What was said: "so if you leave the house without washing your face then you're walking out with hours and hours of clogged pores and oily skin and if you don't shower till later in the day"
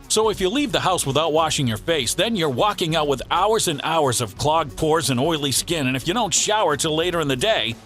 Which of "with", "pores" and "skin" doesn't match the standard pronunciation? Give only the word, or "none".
none